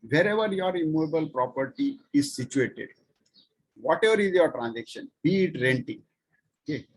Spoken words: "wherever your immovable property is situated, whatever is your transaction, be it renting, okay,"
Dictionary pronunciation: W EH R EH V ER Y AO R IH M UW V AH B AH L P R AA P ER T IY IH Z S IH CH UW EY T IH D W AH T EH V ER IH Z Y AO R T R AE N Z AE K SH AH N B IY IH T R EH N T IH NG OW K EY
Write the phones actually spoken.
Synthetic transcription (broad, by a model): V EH R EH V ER Y AO R IH M UW V AH B AH L P R AA P ER T IY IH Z S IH CH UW EY T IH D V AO T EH V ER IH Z Y AO R T R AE N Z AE K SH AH N B IY IH T R EH N T IH NG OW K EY